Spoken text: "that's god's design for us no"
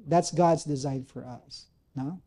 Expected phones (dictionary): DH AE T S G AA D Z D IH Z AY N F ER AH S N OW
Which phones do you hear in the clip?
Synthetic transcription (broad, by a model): DH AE T S G AA D Z D IH Z AY N F ER AH S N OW